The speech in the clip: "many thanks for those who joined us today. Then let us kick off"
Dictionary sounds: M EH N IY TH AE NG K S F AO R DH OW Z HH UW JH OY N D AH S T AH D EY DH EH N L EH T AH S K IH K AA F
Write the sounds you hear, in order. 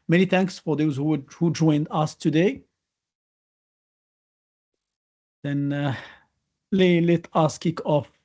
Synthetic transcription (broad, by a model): M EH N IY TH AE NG K S F AO R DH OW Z HH UW JH OY N D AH S T AH D EY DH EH N L EH T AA S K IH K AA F